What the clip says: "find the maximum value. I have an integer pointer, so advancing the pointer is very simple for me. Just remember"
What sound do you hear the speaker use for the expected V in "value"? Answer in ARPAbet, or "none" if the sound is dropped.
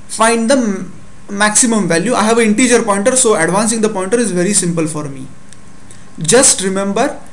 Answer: V